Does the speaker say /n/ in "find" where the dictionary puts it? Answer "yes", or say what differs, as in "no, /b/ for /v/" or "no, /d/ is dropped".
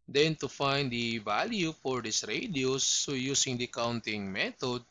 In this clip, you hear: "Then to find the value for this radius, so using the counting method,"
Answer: yes